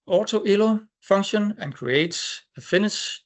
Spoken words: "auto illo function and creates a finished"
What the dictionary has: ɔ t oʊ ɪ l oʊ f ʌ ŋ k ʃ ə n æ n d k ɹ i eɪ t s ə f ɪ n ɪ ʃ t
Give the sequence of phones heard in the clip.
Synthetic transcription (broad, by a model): ɔ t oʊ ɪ l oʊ f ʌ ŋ ʃ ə n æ n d k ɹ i eɪ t s ə f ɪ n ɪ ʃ